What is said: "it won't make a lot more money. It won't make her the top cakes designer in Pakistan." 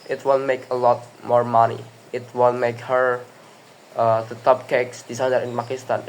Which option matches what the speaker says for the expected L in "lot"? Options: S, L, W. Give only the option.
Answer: L